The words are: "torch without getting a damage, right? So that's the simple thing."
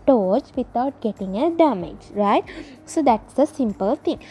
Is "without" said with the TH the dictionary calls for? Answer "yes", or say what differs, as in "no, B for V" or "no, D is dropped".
no, T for TH